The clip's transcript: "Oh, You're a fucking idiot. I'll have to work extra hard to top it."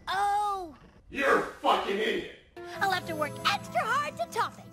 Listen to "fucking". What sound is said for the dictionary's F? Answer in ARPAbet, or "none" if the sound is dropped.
F